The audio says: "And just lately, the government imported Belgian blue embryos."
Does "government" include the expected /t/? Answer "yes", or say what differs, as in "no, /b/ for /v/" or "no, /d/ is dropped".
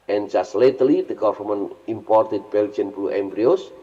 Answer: no, /t/ is dropped